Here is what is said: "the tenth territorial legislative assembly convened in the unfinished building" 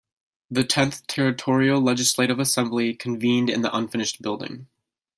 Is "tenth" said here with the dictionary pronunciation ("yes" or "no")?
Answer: yes